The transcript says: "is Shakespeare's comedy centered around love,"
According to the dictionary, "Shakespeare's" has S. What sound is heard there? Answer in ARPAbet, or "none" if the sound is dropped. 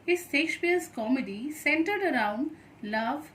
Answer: SH